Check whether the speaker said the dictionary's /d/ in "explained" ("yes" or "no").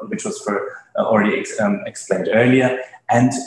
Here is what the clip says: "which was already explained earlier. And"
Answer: yes